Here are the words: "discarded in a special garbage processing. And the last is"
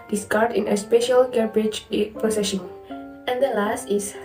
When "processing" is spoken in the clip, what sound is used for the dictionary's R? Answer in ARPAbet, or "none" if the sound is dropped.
none